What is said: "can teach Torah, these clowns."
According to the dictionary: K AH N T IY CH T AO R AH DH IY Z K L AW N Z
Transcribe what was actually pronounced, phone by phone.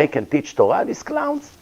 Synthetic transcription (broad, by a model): K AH N T IY CH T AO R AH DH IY S K L AW N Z